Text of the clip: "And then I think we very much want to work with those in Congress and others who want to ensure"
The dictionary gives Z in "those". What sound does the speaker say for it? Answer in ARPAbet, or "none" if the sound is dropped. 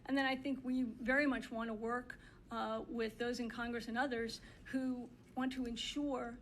Z